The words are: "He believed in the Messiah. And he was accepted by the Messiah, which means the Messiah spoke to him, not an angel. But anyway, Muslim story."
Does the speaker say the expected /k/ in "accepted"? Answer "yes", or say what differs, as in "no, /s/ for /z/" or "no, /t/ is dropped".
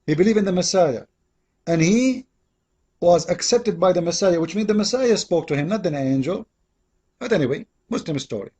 yes